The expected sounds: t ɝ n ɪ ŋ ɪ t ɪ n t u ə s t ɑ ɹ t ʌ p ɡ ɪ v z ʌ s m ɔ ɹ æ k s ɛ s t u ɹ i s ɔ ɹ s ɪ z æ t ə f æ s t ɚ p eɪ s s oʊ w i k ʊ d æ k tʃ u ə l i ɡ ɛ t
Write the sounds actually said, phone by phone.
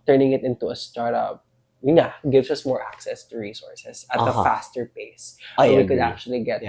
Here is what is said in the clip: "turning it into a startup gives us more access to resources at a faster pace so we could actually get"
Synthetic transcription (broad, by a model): t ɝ n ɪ ŋ ɪ t ɪ n t u ə s t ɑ ɹ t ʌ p ɡ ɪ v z ʌ s m ɔ ɹ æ k s ɛ s t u ɹ i s ɔ ɹ s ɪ s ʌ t ə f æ s t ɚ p eɪ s s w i k ʊ d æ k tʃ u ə l i ɡ ɛ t